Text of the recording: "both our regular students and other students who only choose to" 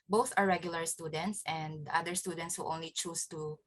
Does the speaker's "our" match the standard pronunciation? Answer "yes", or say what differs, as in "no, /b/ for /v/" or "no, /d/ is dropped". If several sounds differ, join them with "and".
yes